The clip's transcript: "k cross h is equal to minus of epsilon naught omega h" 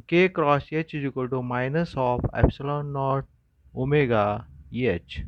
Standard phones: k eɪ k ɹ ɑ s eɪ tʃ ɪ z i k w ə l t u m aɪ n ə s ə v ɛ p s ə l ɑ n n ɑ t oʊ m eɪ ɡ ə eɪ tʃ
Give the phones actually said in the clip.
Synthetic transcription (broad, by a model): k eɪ k ɹ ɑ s eɪ tʃ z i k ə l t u m aɪ n ə s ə p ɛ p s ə l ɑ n n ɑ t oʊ m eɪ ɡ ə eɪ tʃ